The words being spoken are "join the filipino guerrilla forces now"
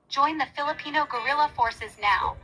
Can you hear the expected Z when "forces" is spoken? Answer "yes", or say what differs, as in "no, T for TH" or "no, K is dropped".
yes